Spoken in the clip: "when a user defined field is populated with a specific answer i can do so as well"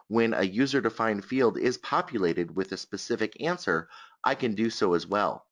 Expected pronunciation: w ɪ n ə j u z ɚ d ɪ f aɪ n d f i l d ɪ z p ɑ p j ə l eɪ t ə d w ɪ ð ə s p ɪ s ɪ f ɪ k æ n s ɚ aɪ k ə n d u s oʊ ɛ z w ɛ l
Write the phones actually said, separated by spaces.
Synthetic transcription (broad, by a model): w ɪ n ə j u z ɚ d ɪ f aɪ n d f i l d ɪ z p ɑ p j ə l eɪ t ə d w ɪ ð ə s p ɪ s ɪ f ɪ k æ n s ɚ aɪ k ə n d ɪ s oʊ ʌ z w ɛ l